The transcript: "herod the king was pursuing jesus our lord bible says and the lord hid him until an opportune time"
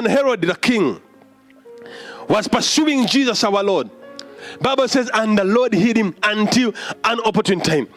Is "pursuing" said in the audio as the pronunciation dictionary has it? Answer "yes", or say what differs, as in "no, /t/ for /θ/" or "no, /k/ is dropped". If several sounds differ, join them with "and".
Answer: yes